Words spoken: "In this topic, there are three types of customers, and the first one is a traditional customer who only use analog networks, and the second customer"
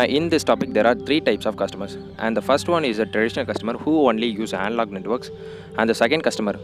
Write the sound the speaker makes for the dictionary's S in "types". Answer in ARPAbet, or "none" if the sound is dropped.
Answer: S